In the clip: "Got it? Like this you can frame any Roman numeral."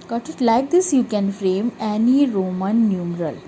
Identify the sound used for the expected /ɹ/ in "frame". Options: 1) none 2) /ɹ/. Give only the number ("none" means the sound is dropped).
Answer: 2